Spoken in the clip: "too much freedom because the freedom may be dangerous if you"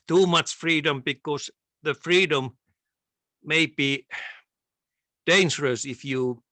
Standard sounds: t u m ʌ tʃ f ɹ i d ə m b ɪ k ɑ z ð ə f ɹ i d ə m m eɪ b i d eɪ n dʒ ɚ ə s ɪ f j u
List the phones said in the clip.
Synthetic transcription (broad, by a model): t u m ʌ tʃ f ɹ i d ə m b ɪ k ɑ s ð ə f ɹ i d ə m m eɪ b i d eɪ n dʒ ɚ ə s ɪ f j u